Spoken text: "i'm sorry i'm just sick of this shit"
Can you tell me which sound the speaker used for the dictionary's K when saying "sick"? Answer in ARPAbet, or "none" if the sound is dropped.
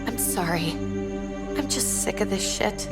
K